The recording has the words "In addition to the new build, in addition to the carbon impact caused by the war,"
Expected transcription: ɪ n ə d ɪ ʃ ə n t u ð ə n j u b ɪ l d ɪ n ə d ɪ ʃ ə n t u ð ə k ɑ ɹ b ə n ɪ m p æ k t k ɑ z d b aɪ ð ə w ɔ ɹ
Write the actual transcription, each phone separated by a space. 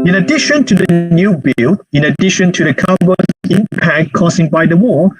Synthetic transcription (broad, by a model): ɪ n ə d ɪ ʃ ə n t u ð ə n j u b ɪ l ɪ n ə d ɪ ʃ ə n t u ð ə k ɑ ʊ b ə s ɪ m p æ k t k ɑ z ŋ b aɪ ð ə w ɔ